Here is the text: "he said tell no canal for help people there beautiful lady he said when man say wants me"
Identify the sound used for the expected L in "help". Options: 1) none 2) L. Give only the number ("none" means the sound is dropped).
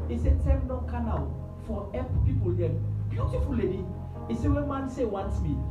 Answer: 1